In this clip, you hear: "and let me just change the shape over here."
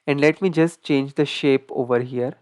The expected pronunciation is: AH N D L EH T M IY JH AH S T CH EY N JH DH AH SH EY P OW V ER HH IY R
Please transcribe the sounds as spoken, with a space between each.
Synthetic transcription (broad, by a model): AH N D L EH T M IY JH AH S T CH EY N JH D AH SH EY P OW V ER HH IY R